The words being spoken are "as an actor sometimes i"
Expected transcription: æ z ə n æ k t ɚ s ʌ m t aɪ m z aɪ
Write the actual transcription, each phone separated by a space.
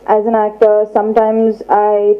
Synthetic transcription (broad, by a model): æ z ə n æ k t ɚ s ʌ m t aɪ m z aɪ